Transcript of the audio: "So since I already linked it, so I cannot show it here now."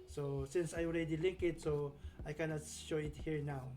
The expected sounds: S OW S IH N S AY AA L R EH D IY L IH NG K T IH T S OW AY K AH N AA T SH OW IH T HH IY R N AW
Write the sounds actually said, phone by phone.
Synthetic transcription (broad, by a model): S OW S IH N S AY AA L R EH D IY L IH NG K IH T S OW AY K AH N AA T SH OW IH T HH IY R N AW